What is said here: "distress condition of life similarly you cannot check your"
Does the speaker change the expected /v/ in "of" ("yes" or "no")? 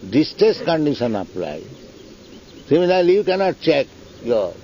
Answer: yes